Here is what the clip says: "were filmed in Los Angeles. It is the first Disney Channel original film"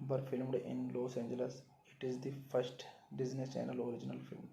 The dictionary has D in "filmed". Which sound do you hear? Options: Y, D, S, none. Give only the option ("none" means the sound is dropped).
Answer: D